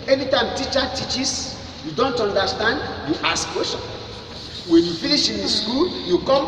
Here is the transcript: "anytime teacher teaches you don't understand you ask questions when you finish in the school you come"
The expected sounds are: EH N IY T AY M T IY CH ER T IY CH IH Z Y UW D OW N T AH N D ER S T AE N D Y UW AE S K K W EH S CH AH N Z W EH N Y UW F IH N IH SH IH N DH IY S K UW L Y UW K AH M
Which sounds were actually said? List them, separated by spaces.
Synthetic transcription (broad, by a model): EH N IY T AY M T IY CH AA T IY CH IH S Y UW D OW N T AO N D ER S T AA N D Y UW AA S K K W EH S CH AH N W EH N Y UW F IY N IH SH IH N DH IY S K UW L Y UW K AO M